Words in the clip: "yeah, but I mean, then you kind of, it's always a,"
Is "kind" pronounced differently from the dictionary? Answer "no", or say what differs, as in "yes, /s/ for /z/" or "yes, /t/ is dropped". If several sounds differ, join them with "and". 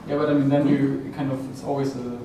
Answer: no